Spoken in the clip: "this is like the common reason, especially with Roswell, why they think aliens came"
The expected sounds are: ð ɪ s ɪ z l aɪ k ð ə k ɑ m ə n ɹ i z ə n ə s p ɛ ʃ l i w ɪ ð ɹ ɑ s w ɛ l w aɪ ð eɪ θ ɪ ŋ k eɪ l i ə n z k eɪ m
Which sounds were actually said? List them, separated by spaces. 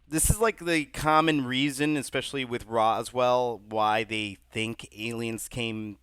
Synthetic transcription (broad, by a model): ð ɪ s ɪ z l aɪ k ð ə k ɑ m ə n ɹ i z ə n ə s p ɛ ʃ l i w ɪ ð ɹ ɑ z w ɛ l w aɪ ð eɪ θ ɪ ŋ k eɪ l i ə n z k eɪ m